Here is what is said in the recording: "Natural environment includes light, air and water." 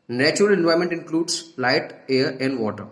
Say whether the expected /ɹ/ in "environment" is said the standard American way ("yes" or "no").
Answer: no